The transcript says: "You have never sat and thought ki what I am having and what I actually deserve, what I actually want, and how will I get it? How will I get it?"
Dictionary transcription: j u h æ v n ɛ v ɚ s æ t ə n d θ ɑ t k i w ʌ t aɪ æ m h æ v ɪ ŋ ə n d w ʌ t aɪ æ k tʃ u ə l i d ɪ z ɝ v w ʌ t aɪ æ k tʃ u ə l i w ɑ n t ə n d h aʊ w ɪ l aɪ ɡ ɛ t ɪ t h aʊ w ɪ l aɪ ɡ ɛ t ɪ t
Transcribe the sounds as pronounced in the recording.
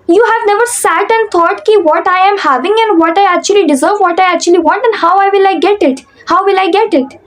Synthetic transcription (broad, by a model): j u h æ v n ɛ v ɚ s æ t ə n d t ɑ t k i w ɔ t aɪ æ m h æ v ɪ ŋ ə n d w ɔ t aɪ æ k tʃ u ə l i d ɪ z ɝ v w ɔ t aɪ æ k tʃ u ə l i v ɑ n t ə n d h aʊ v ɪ l aɪ ɡ ɛ t ɪ t h aʊ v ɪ l aɪ ɡ ɛ t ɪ t